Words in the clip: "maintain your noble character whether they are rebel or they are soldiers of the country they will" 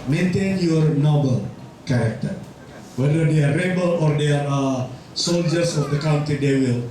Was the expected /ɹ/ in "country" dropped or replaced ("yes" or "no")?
yes